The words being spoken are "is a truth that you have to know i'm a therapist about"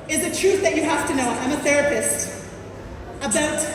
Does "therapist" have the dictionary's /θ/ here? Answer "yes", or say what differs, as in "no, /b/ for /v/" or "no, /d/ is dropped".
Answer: yes